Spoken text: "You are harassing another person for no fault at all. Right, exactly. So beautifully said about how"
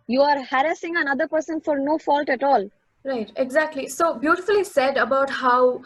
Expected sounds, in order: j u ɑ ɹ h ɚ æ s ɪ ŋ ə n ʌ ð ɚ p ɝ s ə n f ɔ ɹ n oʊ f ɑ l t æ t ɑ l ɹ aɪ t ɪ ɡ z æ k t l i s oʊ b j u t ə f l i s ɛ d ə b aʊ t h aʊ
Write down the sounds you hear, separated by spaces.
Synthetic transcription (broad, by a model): j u ɑ ɹ h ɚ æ s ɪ ŋ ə n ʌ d ɚ p ɝ s ə n f ɔ ɹ n oʊ f ɑ l t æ t ɑ l ɹ aɪ t ɪ ɡ z æ k t l i s oʊ b j u t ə f l i s ɛ d ə b aʊ t h aʊ